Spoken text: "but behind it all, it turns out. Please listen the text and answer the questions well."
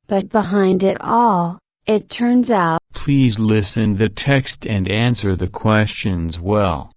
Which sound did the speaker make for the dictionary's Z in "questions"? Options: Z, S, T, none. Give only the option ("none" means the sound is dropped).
Z